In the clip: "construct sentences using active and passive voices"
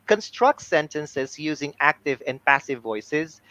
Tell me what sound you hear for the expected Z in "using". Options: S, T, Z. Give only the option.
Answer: Z